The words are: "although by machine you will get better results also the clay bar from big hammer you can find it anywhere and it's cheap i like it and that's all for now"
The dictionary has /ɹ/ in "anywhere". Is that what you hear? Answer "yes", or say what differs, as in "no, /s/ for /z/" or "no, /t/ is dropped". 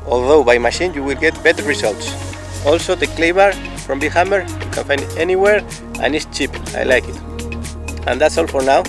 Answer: yes